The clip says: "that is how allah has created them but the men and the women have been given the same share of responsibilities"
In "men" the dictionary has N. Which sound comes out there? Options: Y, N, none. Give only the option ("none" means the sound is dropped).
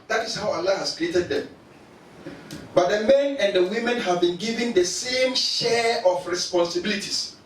N